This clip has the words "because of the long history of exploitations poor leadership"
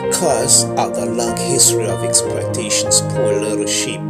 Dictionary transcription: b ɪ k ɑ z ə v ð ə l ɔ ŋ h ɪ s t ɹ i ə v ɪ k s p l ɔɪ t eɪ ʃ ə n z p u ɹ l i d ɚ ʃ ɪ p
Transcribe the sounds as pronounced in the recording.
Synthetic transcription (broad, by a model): k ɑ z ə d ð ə l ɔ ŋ h ɪ s t ɹ i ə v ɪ k s p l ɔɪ t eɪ ʃ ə n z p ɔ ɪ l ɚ ʃ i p